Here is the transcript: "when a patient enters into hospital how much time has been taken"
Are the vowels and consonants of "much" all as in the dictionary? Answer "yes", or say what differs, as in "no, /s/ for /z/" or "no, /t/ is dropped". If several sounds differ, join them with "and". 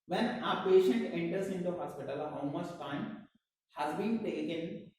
no, /s/ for /tʃ/